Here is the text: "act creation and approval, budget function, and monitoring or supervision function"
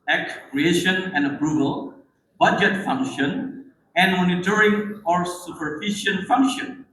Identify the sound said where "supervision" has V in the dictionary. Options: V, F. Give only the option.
F